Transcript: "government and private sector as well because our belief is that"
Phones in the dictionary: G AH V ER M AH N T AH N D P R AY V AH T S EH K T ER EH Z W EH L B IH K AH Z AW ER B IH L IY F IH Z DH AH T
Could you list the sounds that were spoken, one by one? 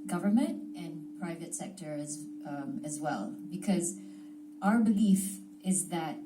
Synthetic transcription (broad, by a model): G AH V ER M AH N T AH N P R AY V AH T S EH K T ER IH Z W EH L B IH K AH Z AW ER B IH L IY F IH Z DH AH T